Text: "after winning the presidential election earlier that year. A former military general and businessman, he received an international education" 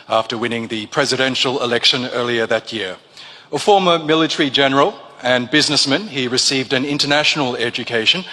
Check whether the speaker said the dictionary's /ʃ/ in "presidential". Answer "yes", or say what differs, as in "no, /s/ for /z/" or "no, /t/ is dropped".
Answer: yes